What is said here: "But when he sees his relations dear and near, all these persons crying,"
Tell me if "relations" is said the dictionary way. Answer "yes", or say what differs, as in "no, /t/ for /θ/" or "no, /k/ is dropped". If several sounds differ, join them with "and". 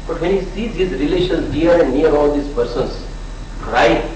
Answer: no, /z/ is dropped